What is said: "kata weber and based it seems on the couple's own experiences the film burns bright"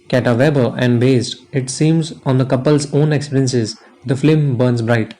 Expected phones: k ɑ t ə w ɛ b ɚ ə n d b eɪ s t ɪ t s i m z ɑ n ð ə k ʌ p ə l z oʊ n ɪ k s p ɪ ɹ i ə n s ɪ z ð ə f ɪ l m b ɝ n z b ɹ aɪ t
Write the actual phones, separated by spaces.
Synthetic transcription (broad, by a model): k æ t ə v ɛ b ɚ ə n d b eɪ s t ɪ t s i m z ɑ n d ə k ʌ p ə l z oʊ n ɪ k s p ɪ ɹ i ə n s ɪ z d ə f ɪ m b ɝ n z b ɹ aɪ t